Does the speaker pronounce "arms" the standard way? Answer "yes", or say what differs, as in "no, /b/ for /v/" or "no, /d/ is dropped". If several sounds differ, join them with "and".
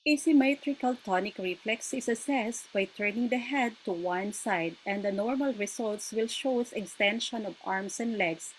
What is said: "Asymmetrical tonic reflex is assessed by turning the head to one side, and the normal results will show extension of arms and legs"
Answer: no, /s/ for /z/